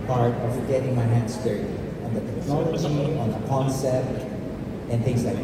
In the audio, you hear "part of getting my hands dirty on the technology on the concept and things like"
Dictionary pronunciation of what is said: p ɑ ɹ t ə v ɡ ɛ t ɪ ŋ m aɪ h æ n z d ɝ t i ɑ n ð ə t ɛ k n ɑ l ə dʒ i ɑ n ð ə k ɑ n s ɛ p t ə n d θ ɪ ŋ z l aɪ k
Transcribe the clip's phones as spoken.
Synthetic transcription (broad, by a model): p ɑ ɹ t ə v ɡ ɛ t ɪ ŋ m aɪ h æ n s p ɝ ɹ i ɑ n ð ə t ɛ k n ɑ l ə dʒ i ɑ n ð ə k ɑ n s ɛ t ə n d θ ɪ ŋ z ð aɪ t